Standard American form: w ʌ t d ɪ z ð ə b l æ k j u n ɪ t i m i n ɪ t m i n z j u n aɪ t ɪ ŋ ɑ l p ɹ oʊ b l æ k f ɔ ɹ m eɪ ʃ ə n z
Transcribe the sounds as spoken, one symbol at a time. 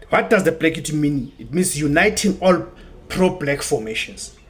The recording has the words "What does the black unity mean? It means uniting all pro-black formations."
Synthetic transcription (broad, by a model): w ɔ t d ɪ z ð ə b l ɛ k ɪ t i m i n ɪ t m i n s j u n aɪ t ɪ ŋ ɑ l p ɹ oʊ b l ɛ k f ɔ m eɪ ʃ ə n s